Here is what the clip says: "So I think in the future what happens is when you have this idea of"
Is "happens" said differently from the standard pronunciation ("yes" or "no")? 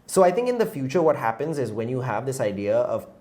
no